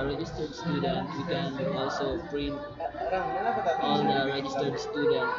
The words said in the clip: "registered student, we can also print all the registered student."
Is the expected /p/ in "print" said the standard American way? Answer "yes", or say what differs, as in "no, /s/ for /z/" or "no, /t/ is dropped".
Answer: no, /b/ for /p/